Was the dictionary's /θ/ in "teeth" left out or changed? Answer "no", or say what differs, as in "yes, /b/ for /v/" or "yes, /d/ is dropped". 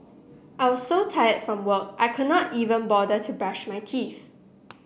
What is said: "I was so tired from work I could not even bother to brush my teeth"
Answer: yes, /f/ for /θ/